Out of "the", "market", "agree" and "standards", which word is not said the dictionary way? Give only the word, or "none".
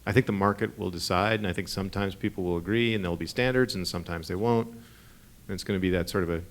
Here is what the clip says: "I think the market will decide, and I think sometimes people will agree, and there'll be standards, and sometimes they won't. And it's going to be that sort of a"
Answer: none